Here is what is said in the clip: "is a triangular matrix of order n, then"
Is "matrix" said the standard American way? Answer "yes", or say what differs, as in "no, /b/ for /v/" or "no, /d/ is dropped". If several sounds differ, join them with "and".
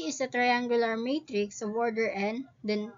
yes